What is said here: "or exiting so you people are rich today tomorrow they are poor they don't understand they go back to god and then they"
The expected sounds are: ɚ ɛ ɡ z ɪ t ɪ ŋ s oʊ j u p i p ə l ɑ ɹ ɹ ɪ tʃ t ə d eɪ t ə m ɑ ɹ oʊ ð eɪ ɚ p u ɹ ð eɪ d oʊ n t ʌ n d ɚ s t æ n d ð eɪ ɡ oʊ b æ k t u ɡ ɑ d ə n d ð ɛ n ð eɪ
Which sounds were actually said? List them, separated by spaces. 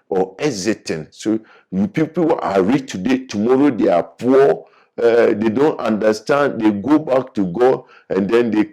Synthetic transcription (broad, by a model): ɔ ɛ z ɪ t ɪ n s oʊ j u p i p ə w ɑ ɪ ɹ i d t ə d eɪ t ə m ɑ ɹ oʊ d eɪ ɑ p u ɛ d eɪ d oʊ n t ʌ n d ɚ s t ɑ n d eɪ ɡ oʊ b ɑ k t u ɡ ɑ d ə n d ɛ n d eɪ